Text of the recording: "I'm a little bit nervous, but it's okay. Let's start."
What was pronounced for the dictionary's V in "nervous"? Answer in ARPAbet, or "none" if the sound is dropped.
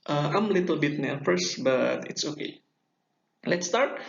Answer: F